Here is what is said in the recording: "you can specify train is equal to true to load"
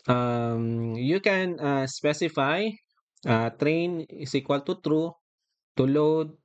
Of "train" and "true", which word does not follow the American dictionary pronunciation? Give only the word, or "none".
none